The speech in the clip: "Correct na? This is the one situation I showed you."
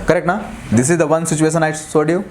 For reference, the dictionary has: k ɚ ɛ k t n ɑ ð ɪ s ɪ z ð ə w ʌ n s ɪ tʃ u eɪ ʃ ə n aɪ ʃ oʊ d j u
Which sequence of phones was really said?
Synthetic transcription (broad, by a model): k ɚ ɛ k t n ɑ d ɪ s ɪ z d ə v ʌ n s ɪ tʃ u eɪ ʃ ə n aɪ s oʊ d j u